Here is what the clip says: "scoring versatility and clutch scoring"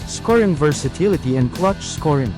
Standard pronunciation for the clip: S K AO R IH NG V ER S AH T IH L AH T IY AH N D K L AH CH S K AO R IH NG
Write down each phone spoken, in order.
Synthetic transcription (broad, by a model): S K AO R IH NG V ER S AH T IH L AH T IY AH N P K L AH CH S K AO R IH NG